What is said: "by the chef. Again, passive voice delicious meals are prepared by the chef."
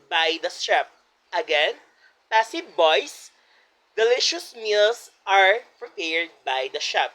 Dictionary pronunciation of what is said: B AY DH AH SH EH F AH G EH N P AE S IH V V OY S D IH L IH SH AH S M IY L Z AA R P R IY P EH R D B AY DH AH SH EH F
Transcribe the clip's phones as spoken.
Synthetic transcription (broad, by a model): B AY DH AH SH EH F AH G EH N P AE S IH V B OY S D IH L IH SH AH S M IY L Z AA R P R IY P EH R D B AY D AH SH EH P